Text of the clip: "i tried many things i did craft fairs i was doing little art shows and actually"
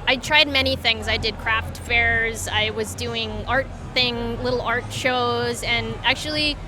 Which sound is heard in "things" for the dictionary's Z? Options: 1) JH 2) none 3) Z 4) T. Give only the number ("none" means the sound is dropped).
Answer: 3